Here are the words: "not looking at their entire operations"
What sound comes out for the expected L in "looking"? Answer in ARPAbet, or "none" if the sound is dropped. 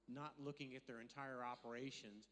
L